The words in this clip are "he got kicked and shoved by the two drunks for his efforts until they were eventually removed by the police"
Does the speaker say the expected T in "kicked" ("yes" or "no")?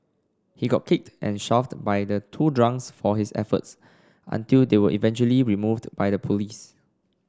yes